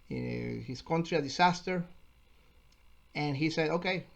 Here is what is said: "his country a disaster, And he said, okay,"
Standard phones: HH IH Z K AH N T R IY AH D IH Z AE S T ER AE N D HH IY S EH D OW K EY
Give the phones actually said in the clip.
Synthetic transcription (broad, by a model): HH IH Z K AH N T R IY AH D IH S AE S T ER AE N HH IY S EH D OW K EY